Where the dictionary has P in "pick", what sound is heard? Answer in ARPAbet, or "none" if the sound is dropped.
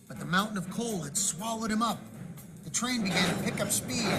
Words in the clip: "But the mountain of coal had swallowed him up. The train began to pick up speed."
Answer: P